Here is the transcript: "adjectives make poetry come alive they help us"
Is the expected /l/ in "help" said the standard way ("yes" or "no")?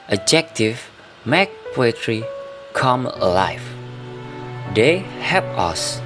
no